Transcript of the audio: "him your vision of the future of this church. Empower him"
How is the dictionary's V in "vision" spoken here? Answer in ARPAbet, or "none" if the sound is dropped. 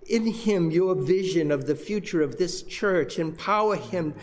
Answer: V